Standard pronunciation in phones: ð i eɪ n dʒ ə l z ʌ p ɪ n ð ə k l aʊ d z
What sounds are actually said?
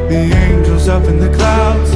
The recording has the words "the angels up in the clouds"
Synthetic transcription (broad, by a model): ð i eɪ n dʒ ə l z ʌ p ɪ n ð ə k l aʊ d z